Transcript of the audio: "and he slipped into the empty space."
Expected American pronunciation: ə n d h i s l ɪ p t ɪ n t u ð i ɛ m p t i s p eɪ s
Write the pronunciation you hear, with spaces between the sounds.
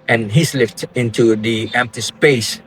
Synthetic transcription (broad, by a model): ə n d h i s l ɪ f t ɪ n t u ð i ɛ m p t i s p eɪ s